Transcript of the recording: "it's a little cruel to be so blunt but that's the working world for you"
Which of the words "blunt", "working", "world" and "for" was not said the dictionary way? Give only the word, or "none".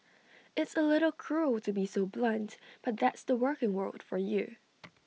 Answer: none